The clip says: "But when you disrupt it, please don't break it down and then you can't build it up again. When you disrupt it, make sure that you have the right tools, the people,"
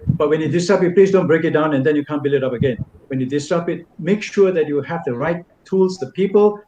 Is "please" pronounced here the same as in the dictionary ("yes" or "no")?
yes